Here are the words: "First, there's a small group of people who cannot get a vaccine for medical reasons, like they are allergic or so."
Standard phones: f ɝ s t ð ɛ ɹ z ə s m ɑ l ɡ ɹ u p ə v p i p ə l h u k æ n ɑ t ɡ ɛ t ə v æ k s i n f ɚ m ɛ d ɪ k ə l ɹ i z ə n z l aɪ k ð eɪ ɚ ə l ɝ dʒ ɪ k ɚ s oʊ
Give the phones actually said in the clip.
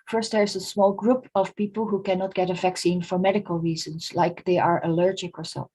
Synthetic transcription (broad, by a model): f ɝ s t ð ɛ ɹ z ə s m ɑ l ɡ ɹ u p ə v p i p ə l h u k æ n ɑ t ɡ ɛ t ə v æ k s i n f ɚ m ɛ d ɪ k ə l ɹ i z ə n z l aɪ k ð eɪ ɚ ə l ɝ dʒ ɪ k ɚ s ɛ